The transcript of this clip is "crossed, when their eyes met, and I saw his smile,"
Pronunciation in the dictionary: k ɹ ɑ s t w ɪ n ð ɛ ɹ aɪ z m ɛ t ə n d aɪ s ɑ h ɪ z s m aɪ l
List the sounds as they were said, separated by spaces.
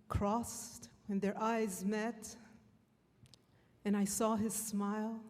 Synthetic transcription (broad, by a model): k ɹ ɑ s t w ɪ n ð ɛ ɹ aɪ z m ɛ t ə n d aɪ s ɑ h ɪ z s m aɪ l